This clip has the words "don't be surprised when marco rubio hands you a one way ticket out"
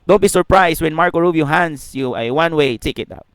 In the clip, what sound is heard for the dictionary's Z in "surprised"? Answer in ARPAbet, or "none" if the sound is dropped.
S